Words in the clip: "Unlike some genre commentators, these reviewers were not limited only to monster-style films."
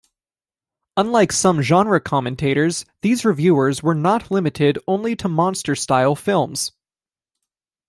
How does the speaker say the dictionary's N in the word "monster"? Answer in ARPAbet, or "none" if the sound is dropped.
N